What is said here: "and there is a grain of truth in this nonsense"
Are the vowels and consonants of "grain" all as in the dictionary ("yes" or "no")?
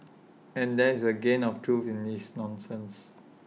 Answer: no